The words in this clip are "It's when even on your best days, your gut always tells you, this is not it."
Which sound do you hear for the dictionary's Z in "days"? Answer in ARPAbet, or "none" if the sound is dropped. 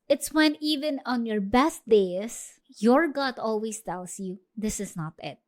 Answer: S